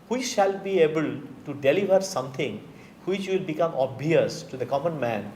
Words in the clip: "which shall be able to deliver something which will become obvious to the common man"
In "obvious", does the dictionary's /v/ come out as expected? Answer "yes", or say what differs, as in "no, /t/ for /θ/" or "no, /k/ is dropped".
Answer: no, /v/ is dropped